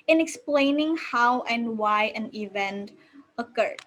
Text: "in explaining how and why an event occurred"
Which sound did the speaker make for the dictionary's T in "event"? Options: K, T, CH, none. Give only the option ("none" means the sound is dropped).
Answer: T